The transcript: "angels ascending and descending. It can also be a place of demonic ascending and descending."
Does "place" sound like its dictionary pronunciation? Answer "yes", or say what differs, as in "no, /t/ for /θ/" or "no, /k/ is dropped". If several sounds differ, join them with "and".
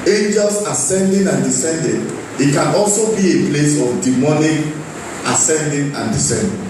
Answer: yes